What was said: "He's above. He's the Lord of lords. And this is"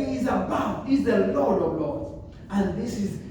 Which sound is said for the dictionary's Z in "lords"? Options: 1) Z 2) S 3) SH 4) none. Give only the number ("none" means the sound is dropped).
4